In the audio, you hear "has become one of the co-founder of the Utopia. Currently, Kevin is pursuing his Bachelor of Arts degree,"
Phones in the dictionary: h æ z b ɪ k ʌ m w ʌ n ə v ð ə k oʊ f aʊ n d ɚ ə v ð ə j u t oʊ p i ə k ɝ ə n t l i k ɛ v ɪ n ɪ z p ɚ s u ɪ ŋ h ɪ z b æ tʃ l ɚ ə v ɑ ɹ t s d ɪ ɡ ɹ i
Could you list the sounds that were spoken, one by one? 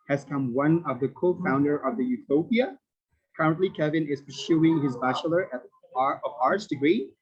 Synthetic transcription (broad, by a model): h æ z k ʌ m w ʌ n ə v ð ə k oʊ f aʊ n d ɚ ə v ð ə j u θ oʊ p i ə k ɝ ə n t l i k ɛ v ɪ n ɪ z p ɚ s u ɪ ŋ h ɪ z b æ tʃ l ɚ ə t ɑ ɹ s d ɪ ɡ ɹ i